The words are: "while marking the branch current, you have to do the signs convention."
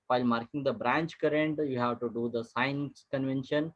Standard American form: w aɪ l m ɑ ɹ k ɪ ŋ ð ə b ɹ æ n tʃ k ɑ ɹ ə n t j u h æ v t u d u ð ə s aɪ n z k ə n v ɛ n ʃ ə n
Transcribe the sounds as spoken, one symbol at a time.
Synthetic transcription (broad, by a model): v aɪ l m ɑ ɹ k ɪ ŋ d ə b ɹ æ n tʃ k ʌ ɹ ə n t j u h æ v t u d u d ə s aɪ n s k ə n v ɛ n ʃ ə n